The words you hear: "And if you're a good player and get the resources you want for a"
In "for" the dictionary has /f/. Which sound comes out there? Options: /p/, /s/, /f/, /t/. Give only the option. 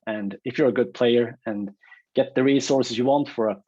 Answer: /f/